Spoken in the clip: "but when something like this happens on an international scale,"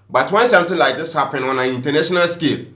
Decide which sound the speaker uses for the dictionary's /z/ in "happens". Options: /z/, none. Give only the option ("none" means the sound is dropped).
none